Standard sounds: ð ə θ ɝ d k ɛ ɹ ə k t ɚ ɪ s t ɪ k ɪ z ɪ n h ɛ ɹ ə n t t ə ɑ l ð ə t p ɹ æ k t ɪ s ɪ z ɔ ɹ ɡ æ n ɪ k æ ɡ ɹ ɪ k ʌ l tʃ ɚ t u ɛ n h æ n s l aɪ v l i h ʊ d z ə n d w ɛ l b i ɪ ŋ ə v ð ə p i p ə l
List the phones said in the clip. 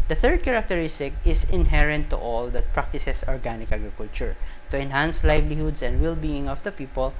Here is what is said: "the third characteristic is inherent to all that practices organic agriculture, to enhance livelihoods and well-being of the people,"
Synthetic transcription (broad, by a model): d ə θ ɝ d k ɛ ɹ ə k t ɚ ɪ s t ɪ k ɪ s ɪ n h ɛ ɹ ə n t t ɑ l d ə t p ɹ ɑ k t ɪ s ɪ s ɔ ɹ ɡ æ n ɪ k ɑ ɡ ɹ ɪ k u l tʃ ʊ t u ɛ n h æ n s l aɪ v l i h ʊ d s ə n d w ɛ l b i ɪ ŋ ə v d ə p i p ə l